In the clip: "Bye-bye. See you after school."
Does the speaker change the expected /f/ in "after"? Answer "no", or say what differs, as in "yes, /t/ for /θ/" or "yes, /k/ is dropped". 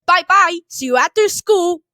yes, /f/ is dropped